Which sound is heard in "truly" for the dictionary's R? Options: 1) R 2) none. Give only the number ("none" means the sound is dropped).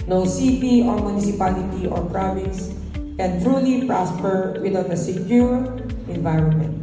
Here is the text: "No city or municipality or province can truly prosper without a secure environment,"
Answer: 1